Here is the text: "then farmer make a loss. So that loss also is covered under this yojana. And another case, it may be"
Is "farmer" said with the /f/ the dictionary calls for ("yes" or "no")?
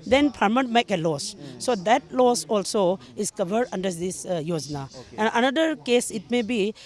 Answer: no